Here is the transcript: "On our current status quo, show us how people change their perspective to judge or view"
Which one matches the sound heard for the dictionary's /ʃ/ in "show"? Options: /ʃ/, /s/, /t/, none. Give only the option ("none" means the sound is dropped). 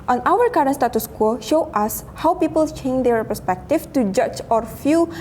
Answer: /ʃ/